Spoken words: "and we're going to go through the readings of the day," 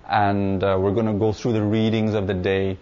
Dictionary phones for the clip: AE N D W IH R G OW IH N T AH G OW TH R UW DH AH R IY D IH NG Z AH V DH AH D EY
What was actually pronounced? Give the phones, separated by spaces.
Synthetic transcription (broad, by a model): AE N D W IH R G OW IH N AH G OW TH R UW DH AH R IY D IH NG Z AH V DH AH D EY